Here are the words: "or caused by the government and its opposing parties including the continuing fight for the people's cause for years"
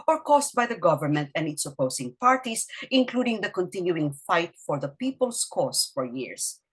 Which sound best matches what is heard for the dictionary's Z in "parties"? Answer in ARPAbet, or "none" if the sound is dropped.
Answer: S